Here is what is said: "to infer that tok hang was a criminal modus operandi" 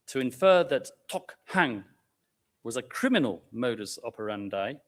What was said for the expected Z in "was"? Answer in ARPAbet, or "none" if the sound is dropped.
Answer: Z